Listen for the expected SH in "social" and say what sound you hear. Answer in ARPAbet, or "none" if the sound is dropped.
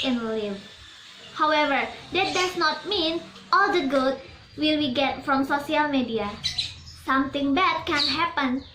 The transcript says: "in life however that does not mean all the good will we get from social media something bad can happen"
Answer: S